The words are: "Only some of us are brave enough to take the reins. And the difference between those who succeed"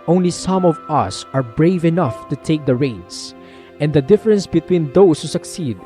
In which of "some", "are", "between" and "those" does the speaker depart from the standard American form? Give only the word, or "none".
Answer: those